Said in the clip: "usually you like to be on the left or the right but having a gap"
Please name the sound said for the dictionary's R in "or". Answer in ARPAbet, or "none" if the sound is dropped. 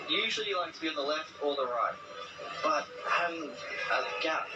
L